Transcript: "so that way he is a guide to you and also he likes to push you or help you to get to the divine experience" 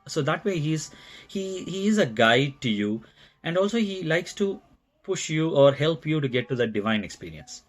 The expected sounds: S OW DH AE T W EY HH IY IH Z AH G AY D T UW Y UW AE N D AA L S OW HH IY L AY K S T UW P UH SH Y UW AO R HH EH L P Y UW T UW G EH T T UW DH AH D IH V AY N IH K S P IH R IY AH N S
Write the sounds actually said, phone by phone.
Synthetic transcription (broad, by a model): S OW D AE T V EY HH IY IH Z AH G AY D T UW Y UW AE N D AA L S OW HH IY L AY K S T UW P UH SH Y UW AO R HH EH L P Y UW T UW G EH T T UW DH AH D IH V AY N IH K S P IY R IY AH N S